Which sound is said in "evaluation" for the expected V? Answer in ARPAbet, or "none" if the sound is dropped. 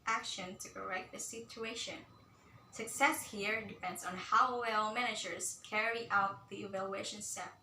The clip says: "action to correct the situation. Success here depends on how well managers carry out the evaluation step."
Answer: V